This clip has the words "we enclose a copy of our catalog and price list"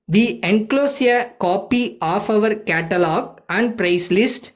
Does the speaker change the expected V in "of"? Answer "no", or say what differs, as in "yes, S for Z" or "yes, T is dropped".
no